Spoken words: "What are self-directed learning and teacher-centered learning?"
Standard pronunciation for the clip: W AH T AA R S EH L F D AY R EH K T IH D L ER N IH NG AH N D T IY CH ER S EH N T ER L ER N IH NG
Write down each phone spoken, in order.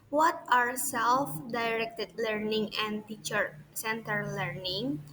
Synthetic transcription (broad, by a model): W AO T AA R S EH L F D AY R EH K T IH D L ER N IH NG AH N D T IY CH ER S EH N T ER L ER N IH NG